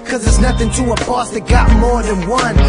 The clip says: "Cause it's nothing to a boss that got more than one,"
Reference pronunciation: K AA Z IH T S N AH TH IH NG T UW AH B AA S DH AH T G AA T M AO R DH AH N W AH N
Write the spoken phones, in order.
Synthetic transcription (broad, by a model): K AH Z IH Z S N AH TH IH NG T UW AH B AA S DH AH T G AA T M AO R DH AH N W AH N